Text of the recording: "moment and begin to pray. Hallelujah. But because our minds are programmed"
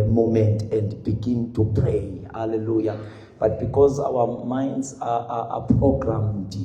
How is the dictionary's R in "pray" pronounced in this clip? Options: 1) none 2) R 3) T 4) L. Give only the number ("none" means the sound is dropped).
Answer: 2